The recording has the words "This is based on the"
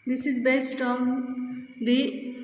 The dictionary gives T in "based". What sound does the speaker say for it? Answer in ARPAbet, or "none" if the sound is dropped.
T